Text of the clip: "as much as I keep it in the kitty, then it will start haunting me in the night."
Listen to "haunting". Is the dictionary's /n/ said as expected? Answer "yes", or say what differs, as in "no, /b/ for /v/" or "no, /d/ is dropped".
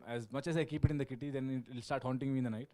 yes